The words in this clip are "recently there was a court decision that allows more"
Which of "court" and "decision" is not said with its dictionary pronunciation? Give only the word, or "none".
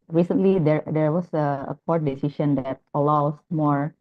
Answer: decision